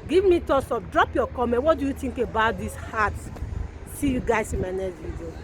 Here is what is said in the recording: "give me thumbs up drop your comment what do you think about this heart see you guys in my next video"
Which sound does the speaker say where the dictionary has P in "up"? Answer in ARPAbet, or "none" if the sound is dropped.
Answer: F